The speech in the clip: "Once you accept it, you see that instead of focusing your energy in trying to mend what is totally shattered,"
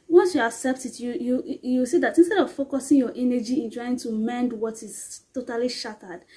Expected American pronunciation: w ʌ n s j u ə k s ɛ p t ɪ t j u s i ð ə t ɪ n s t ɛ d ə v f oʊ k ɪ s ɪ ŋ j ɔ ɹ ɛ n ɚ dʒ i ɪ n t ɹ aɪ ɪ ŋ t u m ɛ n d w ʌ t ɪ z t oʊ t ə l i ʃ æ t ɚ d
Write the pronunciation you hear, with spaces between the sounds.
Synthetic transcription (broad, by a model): w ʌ n s j u ə k s ɛ p t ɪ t j u s i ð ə t ɪ n s t ɛ d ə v f oʊ k ɪ s ɪ ŋ j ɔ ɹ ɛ n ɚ dʒ i ɪ n t ɹ aɪ ɪ ŋ t u m ɛ n d w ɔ t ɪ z t oʊ t ə l i ʃ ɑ t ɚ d